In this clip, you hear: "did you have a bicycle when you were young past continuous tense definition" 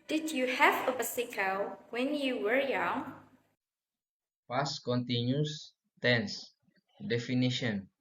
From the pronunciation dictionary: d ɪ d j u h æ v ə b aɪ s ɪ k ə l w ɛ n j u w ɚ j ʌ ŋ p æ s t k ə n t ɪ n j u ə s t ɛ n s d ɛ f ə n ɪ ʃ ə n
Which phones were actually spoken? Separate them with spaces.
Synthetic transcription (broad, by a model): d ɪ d j u h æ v ə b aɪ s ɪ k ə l w ɛ n j u w ɚ j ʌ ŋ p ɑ s k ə n t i n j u s t ɛ n s d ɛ f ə n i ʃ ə n